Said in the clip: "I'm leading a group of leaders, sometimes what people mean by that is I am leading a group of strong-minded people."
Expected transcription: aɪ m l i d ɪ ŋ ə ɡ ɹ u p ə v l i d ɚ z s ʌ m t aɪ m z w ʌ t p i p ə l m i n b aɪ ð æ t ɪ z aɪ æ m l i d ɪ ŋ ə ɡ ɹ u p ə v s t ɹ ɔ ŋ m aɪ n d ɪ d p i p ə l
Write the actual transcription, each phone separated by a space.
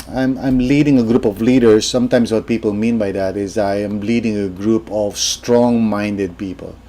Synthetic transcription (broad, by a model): aɪ m l i d ɪ ŋ ə ɡ ɹ u p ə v l i d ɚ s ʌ m t aɪ m s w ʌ t p i p ə l m i n b aɪ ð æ t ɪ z aɪ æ m l i d ɪ ŋ ə ɡ ɹ u p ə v s t ɹ ɔ ŋ m aɪ n d ɪ d p i p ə l